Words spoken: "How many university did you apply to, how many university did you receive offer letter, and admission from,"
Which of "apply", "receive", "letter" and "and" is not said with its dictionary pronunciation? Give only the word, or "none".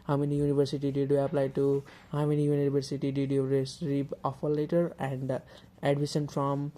receive